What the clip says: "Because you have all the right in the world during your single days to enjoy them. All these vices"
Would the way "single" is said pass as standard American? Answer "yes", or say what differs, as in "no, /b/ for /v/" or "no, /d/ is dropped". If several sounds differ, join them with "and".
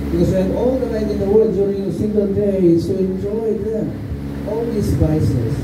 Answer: no, /n/ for /l/